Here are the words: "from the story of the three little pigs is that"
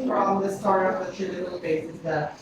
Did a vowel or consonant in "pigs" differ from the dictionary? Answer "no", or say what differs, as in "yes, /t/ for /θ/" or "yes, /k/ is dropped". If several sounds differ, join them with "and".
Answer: yes, /b/ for /p/